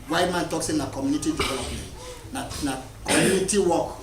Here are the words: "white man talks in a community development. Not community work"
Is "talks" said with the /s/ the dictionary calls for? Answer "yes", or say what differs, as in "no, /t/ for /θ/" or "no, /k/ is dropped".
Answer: yes